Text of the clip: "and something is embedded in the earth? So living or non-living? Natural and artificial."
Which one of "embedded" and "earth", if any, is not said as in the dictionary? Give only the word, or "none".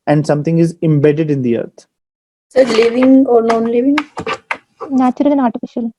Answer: earth